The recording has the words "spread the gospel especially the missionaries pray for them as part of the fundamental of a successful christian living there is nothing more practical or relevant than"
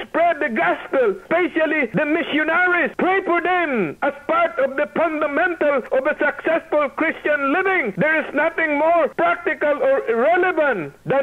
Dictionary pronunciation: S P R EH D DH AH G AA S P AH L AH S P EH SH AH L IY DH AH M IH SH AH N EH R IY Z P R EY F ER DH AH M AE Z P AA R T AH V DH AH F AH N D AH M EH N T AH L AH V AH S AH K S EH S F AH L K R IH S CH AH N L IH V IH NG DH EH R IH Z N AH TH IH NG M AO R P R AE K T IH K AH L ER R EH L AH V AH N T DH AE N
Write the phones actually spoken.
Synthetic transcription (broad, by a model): S P R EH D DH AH G AA S P AH L S P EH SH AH L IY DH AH M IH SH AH N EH R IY S P R EY P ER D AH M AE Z P AA R T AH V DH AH F AH N D AH M EH N T AH L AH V AH S AH K S EH S F AH L K R IH S CH AH N L IH V IH NG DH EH R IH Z N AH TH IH NG M AO R P R AE K T IH K AH L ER R EH L AH V AH N T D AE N